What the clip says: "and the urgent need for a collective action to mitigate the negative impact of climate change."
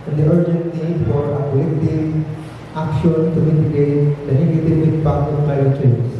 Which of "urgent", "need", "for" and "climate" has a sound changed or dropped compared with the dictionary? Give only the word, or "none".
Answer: climate